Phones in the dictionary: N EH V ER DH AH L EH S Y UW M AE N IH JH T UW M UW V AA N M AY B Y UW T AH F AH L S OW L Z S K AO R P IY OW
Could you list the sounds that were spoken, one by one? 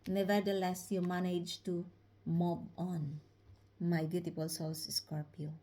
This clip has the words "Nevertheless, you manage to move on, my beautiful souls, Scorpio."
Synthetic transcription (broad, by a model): N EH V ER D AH L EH S Y UW M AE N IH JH T UW M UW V AA N M AY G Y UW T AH P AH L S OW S S K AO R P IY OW